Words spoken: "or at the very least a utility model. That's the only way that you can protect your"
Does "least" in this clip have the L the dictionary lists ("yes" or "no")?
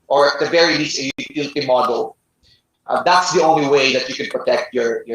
no